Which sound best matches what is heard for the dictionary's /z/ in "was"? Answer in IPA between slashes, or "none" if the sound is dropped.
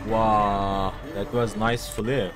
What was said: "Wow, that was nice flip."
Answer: /z/